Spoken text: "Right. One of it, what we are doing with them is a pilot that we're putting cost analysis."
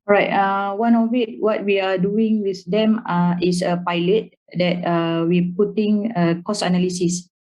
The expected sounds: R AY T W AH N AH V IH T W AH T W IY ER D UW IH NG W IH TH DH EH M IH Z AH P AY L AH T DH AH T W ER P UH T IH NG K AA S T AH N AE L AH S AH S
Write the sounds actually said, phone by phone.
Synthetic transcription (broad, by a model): R AY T W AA N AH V IH T W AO T W IY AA D UW IH NG W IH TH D EH M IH S AH P AY L AH T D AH T W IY P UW T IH NG K AA S AH N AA L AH S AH S